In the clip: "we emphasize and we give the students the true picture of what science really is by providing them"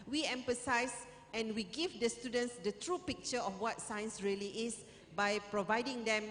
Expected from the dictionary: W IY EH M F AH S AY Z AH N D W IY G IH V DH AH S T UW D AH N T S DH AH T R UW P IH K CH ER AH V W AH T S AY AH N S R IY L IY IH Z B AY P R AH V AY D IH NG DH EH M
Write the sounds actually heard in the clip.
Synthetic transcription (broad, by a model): W IY EH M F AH S AY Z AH N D W IY G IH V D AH S T UW D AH N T S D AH T R UW P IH K CH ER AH F W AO T S AY AH N S R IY L IY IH S B AY P R AH V AY D IH NG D EH M